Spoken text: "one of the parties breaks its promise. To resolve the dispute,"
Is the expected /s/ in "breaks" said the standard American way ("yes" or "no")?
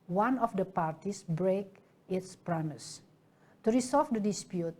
no